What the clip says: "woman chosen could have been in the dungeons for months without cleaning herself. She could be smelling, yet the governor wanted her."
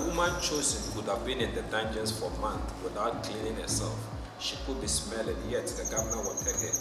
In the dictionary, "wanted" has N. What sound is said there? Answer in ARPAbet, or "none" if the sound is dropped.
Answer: none